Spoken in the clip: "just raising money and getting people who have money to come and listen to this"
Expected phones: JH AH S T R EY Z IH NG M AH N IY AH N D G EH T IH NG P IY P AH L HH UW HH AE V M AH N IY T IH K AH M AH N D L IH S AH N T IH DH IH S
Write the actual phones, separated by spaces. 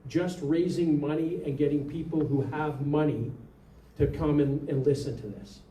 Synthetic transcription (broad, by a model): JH AH S T R EY Z IH NG M AH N IY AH N G EH T IH NG P IY P L HH UW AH V M AH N IY T IH K AH M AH N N L IH S AH N T IH DH IH S